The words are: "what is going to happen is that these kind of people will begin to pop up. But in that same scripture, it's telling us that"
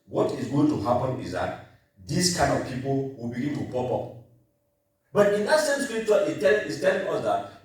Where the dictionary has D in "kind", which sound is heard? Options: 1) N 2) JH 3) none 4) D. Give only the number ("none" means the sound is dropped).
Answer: 4